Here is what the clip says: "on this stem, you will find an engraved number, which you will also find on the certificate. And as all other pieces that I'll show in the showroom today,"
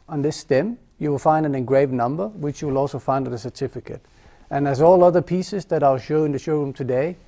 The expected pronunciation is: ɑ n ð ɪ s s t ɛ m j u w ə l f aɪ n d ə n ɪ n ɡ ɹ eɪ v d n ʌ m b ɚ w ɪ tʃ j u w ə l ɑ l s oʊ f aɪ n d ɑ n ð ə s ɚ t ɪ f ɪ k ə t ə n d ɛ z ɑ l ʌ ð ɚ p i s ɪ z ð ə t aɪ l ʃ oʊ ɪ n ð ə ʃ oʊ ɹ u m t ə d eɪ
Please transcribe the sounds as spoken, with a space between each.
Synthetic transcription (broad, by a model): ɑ n ð ɪ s s t ɛ m j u w ə l f aɪ n d ə n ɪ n ɡ ɹ eɪ v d n ʌ m b ɚ w ɪ tʃ j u w ə l ɑ l s oʊ f aɪ n d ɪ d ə s ɚ t ɪ f ɪ k ə t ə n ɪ z ɑ l ʌ ð ɚ p i s ɪ z ð ə t aɪ l ʃ oʊ ɪ n ð ə ʃ oʊ ɹ u m t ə d eɪ